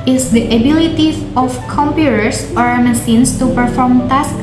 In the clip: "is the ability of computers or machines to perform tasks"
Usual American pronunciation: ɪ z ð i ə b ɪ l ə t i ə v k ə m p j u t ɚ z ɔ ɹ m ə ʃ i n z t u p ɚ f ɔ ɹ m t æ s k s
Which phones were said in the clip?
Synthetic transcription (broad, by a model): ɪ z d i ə b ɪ l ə t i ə f k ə m p j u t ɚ s ɔ ɹ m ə s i n s t u p ɚ f ɔ ɹ m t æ s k